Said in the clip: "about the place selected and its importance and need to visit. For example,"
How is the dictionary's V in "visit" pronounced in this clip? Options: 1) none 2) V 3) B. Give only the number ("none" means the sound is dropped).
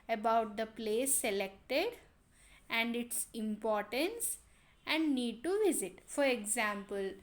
2